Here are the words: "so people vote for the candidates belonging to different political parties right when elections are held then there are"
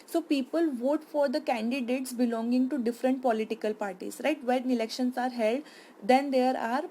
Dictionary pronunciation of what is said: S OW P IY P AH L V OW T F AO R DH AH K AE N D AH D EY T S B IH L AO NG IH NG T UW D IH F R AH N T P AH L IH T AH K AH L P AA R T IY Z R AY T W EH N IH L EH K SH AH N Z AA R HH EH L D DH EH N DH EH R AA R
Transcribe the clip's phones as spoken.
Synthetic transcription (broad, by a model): S OW P IY P AH L V OW T F AO R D AH K AE N D AH D EY T S B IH L AO NG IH NG T UW D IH F R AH N T P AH L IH T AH K AH L P AA R T IY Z R AY T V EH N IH L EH K SH AH N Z AA R HH EH L D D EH N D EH R AA R